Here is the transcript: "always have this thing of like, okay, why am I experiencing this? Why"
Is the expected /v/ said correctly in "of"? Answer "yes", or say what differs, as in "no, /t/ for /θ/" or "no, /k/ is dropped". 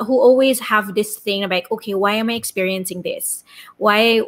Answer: no, /b/ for /v/